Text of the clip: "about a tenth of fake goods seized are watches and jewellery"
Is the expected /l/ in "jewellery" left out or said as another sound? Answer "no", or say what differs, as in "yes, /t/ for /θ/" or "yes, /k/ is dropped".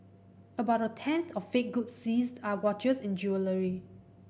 no